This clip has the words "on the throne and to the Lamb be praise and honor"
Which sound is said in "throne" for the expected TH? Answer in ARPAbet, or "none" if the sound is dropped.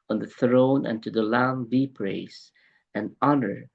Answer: TH